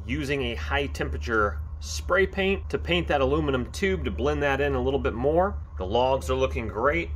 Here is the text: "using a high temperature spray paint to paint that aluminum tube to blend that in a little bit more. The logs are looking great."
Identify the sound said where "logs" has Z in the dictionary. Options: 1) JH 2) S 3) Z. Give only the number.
3